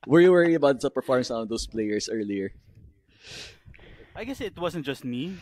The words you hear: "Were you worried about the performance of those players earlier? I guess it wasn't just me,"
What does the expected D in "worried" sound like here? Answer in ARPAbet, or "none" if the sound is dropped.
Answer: none